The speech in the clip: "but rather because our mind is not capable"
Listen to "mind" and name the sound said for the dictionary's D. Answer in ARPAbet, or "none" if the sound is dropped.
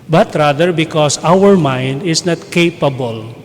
D